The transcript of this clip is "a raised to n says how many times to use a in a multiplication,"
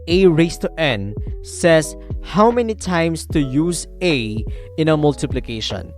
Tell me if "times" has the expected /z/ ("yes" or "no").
no